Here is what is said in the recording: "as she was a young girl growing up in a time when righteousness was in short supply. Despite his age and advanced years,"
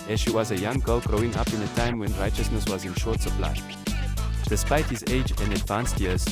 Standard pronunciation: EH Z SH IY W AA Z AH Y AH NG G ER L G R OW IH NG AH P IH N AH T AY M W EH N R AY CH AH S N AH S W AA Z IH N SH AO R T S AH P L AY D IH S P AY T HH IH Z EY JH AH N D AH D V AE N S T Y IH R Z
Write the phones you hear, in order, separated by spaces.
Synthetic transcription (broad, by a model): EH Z SH IY W AA Z AH Y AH NG G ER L G R OW IH NG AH P IH N AH T AY M W EH N R AY CH AH S N AH S W AA Z IH N SH AO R T S AH P L AY D IH S P AY T HH IH Z EY JH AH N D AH D V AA N S T Y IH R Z